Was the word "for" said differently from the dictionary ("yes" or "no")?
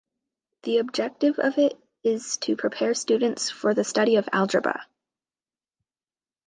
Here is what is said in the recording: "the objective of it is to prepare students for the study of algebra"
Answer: no